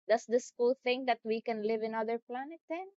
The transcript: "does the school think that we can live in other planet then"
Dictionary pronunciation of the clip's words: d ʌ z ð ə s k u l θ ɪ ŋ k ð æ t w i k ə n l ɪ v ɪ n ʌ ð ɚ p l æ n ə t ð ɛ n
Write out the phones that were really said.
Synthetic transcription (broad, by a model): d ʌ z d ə s k u l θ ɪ ŋ k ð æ t w i k ə n l ɪ v ɪ n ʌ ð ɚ p l æ n ə t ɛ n